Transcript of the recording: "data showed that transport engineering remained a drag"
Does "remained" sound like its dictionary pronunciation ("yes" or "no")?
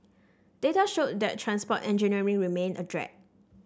no